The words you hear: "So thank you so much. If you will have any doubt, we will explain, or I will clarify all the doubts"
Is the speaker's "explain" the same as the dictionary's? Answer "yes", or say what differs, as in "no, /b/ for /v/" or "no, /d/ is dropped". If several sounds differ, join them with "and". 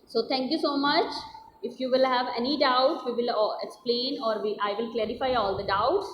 yes